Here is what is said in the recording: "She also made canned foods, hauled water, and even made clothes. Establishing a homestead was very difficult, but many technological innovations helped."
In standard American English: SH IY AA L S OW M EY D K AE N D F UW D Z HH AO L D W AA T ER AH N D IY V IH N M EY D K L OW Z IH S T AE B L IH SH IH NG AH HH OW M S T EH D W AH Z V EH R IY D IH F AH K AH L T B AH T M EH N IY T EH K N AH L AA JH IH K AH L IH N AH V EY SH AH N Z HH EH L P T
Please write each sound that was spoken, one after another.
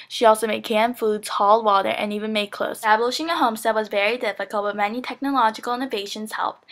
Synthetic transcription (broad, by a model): SH IY AA L S OW M EY D K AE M F UW D Z HH AO L D W AA T ER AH N IY V IH N M EY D K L OW IH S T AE B L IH SH IH NG AH HH OW M S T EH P W AH Z V EH R IY D IH F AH K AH L T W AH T M EH N IY T EH K N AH L AA JH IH K L IH N AH V EY SH AH N Z HH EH L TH